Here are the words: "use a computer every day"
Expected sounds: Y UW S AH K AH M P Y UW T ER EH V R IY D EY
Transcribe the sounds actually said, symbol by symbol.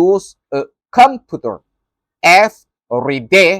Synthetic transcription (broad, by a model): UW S AH K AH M P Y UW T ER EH F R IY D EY